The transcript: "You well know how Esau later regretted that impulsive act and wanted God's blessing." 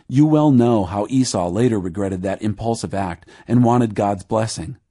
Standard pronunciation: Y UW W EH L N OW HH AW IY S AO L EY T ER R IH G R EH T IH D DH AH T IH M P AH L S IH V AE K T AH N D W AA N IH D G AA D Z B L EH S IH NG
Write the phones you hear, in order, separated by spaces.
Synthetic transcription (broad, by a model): Y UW W EH L N OW HH AW IY S AO L EY T ER R IH G R EH T IH D DH AH T IH M P AH L S IH V AE K T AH N W AA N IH D G AA D Z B L EH S IH NG